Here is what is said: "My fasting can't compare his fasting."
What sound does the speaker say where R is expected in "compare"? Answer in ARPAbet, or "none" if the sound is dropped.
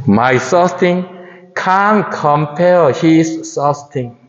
L